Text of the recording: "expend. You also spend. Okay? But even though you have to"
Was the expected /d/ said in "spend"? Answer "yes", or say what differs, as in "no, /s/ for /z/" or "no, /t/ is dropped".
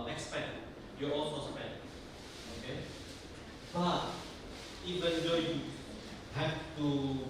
no, /d/ is dropped